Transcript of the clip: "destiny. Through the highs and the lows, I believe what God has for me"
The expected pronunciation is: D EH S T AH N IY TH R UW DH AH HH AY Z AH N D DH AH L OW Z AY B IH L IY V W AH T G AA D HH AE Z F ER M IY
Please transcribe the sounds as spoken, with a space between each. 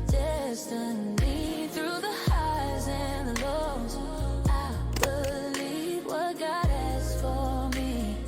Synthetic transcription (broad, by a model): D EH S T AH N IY TH R UW DH AH HH AY Z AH N DH AH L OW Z AY B IH L IY V W AH T G AA D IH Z F ER M IY